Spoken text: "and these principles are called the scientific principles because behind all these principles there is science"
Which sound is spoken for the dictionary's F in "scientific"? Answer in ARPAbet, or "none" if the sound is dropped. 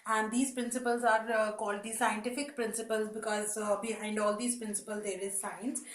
F